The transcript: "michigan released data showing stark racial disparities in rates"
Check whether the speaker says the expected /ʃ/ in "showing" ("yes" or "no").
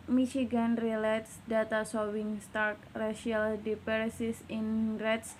no